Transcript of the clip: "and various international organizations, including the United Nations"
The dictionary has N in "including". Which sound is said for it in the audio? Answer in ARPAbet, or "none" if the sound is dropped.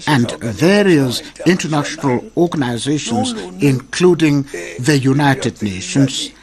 N